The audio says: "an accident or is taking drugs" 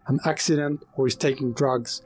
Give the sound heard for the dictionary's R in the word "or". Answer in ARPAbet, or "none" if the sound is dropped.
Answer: W